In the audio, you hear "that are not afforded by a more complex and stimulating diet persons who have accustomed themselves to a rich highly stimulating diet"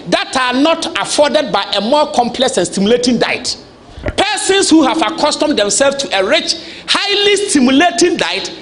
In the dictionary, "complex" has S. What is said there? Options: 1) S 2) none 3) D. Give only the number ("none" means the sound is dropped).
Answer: 1